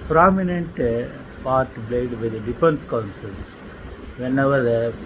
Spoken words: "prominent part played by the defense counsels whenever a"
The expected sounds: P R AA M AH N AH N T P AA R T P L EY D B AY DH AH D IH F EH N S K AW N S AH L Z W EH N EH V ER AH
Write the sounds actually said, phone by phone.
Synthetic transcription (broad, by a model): P R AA M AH N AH N T P AA R T B L EY D B AY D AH D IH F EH N S K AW N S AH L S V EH N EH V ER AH